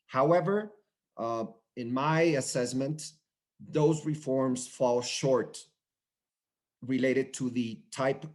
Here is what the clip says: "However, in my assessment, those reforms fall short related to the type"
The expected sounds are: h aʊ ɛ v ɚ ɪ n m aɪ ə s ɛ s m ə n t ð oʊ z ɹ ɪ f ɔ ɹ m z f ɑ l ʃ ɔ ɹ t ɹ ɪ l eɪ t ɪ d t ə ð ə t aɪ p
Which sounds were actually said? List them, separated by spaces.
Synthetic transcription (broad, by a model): h aʊ ɛ v ɚ ɪ n m aɪ ə s ɛ s m ə n t ð oʊ z ɹ ɪ f ɔ ɹ m z f ɑ l ʃ ɔ ɹ t ɹ ɪ l eɪ t ɪ d t ə ð ə t aɪ p